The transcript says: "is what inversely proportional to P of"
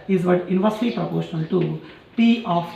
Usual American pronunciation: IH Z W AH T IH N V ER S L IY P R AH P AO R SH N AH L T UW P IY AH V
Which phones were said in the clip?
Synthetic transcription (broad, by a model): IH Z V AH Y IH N V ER S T IY P R AH P AO R SH N AH L T UW P IY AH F